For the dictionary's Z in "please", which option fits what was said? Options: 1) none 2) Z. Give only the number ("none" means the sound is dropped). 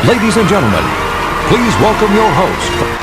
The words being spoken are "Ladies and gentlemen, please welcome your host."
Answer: 2